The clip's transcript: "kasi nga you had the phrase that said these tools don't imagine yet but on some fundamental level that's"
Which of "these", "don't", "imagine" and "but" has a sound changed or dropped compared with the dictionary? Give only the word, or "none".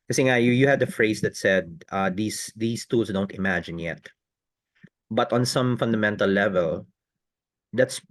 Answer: these